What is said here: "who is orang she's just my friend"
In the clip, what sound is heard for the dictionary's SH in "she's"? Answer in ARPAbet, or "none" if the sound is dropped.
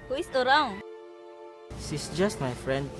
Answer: S